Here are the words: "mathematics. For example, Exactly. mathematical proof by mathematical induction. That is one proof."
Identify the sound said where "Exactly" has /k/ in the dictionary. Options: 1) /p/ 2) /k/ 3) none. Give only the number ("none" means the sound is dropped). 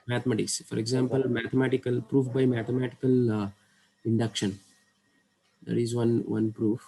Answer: 3